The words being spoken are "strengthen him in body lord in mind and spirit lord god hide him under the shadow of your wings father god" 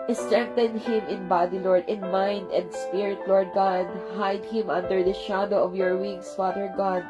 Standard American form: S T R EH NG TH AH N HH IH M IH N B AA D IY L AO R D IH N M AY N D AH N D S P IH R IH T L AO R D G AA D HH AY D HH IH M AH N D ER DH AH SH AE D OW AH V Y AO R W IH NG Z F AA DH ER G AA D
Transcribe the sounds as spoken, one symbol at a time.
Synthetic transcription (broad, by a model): S T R EH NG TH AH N HH IH M IH N B AA D IY L AO R D IH N M AY N D AH N D S P IH R IH T L AO R D G AA D HH AY D HH IH M AH N D ER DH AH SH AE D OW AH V Y AO R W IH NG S F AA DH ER G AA D